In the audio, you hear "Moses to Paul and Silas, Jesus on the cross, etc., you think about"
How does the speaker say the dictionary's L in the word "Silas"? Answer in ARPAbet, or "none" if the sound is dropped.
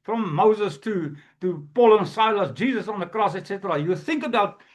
L